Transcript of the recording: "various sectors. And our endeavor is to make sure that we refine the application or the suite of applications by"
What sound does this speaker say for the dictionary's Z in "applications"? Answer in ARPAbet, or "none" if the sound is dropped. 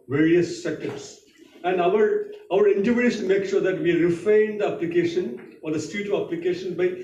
none